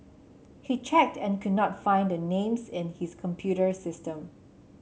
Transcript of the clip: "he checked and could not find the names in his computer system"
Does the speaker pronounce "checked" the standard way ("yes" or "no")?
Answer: yes